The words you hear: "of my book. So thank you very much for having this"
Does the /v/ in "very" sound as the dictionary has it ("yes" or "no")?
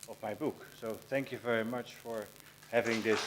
yes